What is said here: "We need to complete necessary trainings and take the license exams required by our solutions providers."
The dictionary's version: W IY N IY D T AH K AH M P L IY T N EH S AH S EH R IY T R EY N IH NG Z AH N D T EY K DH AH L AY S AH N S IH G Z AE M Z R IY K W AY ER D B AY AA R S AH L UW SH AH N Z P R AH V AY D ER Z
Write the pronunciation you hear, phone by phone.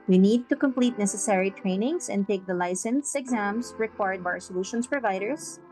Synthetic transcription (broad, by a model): W IY N IY D T AH K AH M P L IY T N EH S AH S EH R IY T R EY N IH NG S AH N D T EY K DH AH L AY S AH N S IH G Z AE M S R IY K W AY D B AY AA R S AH L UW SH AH N S P R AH V AY D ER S